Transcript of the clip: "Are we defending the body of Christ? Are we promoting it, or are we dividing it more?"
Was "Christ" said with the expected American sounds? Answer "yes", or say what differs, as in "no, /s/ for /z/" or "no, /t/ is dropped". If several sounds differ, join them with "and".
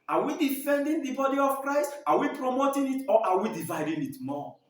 yes